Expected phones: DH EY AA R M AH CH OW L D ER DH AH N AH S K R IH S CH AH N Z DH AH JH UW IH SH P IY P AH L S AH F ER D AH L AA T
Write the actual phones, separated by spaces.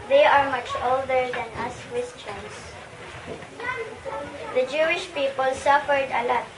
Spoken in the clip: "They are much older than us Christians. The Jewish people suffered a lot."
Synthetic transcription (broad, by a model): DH EY AA R M AH CH OW L D ER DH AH N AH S K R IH S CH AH N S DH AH JH UW IH SH P IY P AH L S AH F ER D AH L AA T